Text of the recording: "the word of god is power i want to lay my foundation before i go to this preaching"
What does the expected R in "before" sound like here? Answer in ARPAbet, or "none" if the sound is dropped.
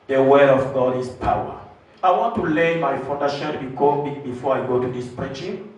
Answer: R